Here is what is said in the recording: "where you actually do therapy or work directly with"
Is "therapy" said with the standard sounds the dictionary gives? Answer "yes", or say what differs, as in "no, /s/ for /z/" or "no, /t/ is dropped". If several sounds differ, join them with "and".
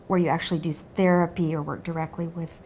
yes